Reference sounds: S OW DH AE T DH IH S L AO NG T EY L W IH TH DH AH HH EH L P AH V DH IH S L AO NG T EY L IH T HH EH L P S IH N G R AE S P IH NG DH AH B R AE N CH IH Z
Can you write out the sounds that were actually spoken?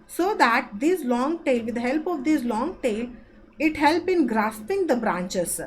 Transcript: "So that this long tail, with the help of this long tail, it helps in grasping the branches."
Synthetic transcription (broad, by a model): S OW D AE T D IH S L AO NG T EY L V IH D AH HH EH L P AH V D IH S L AO NG T EY L IH T HH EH L P IH N G R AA S P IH NG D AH B R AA N CH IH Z